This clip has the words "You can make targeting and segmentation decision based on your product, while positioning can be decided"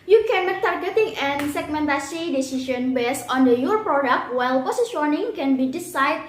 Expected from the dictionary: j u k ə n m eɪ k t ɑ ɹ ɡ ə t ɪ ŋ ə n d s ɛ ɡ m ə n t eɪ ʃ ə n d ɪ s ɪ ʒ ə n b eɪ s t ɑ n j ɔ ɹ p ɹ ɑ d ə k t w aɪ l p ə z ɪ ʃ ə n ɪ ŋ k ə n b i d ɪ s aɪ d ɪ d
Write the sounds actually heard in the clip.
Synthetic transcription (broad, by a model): j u k ə n t ɑ ɹ ɡ ə t ɪ ŋ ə n s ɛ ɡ m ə n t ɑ s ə d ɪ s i ʃ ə n b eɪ s ɑ n j ɔ ɹ p ɹ ɑ d ə k t w aɪ l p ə s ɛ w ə n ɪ ŋ k ə n b i d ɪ s aɪ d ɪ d